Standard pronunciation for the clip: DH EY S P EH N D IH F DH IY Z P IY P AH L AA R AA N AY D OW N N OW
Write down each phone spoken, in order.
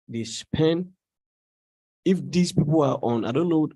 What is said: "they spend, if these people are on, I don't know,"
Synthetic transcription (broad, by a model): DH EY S P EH N IH F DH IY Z P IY P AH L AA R AA N AY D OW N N OW